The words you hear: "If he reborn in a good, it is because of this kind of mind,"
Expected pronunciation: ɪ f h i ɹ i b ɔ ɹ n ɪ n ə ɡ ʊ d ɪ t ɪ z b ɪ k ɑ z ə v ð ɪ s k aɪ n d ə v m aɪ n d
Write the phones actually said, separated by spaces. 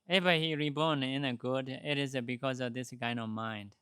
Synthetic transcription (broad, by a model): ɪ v h i ɹ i b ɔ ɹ n ɪ n ə ɡ ʊ d ɪ t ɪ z b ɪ k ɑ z ə v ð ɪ s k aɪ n ə v m aɪ n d